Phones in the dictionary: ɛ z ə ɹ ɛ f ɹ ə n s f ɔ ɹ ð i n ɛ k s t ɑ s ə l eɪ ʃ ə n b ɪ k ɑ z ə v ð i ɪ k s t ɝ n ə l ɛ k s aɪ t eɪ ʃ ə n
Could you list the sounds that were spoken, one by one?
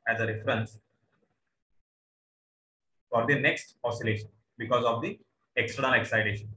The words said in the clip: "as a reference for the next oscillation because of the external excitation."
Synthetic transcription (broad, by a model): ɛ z ə ɹ ɛ f ɹ ə n s f ɔ ɹ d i n ɛ k s t ɑ s ə l eɪ ʃ ə n b ɪ k ɑ z ə v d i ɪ k s t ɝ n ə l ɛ k s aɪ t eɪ ʃ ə n